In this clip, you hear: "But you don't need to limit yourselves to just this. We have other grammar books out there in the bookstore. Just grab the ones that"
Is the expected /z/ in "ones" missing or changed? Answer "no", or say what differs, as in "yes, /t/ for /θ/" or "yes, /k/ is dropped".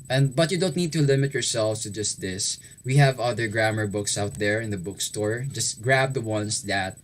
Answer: yes, /s/ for /z/